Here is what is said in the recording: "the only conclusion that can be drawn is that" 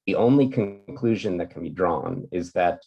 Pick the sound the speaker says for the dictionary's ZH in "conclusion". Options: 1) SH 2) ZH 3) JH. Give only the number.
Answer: 2